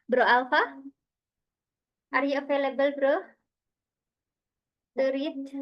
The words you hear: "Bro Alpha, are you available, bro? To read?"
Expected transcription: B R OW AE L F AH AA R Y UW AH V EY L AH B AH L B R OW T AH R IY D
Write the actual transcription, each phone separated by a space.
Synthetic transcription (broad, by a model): B R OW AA L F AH AA R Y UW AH F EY L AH B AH L B R OW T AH R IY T